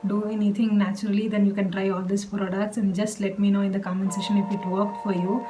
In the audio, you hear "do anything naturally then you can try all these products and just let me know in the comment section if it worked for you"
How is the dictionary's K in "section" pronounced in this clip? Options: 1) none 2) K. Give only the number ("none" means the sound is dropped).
1